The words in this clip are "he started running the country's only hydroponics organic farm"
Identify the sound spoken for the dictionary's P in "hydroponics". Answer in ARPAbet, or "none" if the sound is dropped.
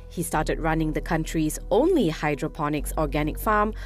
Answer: P